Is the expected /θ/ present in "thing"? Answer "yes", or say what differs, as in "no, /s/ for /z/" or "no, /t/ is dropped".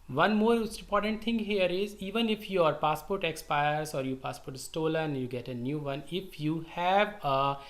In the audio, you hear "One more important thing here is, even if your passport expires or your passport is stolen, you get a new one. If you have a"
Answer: no, /t/ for /θ/